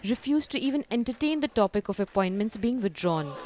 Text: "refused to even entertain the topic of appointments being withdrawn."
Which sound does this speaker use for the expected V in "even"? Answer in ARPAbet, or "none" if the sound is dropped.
V